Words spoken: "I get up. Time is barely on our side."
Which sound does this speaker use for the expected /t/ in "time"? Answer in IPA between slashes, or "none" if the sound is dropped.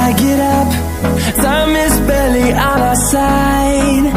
/s/